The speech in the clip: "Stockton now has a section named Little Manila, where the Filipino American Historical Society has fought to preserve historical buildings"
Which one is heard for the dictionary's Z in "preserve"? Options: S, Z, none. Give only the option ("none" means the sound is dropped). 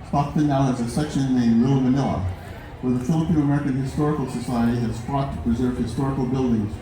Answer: Z